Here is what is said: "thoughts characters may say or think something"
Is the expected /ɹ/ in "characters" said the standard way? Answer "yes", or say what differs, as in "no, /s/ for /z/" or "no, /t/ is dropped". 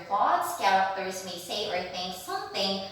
no, /ɹ/ is dropped